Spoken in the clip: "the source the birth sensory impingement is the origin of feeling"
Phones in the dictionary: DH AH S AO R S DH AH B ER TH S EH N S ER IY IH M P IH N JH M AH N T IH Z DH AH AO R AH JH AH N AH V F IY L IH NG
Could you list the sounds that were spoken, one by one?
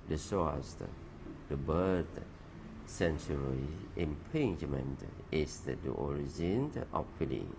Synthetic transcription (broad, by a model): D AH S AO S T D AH B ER T S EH N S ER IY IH M P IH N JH M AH N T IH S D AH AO R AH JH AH N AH F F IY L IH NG